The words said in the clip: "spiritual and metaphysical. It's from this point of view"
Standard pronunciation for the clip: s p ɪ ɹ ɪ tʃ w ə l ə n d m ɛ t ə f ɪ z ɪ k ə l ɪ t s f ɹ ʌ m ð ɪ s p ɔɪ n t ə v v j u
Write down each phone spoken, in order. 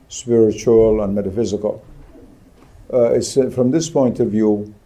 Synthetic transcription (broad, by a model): s p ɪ ɹ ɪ tʃ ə l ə n m ɛ t ə f ɪ z ɪ k ə l ɪ t s f ɹ ʌ m ð ɪ s p ɔɪ n t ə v v j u